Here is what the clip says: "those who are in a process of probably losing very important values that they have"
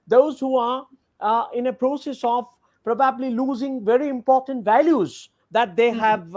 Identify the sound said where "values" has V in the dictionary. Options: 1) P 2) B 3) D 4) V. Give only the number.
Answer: 4